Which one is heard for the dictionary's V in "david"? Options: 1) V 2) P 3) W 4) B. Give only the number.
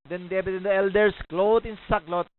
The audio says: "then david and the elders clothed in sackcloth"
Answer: 4